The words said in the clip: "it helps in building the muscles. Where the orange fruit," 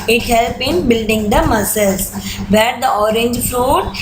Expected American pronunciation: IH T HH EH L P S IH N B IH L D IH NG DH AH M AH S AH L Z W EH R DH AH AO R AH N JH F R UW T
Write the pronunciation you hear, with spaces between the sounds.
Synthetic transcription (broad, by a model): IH T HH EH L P IH N B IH L D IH NG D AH M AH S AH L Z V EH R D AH AO R AH N JH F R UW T